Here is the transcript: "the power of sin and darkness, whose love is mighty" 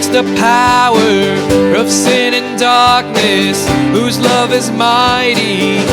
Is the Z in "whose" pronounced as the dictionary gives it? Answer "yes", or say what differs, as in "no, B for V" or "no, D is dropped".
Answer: yes